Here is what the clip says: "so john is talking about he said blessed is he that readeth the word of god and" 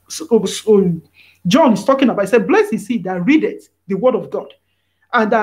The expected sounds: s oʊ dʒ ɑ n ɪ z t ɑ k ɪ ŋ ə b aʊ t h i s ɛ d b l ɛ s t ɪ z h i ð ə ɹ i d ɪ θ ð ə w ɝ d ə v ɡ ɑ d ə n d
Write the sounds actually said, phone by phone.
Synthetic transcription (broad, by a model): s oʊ dʒ ɑ n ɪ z t ɑ k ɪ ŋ ə b aʊ t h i s ɛ d b l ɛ s ɪ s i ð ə ɹ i d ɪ t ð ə w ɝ d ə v ɡ ɑ d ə n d